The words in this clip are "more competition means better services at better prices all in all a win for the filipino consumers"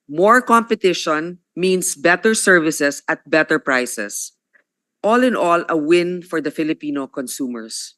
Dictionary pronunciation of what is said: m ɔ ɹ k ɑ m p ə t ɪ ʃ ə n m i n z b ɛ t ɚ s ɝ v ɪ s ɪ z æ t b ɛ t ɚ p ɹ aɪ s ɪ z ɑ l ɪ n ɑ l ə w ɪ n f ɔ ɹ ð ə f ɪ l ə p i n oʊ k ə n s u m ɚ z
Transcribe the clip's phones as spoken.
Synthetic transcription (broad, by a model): m ɔ ɹ k ɑ m p ə t ɪ ʃ ə n m i n s b ɛ t ɚ s ɝ v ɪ s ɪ s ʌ t b ɛ t ɚ p ɹ aɪ s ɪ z ɑ l ɪ n ɑ l ə w ɪ n f ɔ ɹ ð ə f ɪ l ə p i n oʊ k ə n s u m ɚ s